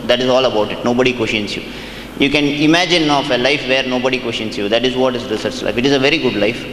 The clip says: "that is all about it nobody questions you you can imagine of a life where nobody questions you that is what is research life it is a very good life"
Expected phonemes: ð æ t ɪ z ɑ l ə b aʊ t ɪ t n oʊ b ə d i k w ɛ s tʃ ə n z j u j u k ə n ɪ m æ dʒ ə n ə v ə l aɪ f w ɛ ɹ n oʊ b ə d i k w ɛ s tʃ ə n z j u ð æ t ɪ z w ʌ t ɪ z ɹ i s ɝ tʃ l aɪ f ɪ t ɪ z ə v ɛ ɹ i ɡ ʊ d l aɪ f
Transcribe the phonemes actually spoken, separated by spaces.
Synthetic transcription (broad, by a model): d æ t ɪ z ɑ l ə b aʊ t ɪ t n oʊ b ə d i k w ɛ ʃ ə n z j u j u k ə n ɪ m æ dʒ ə n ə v ə l aɪ f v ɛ ɹ n oʊ b ə d i k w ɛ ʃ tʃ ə n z j u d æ t ɪ z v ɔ t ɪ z ɹ i s ɝ tʃ l aɪ f ɪ t ɪ z ə v ɛ ɹ i ɡ ʊ d l aɪ f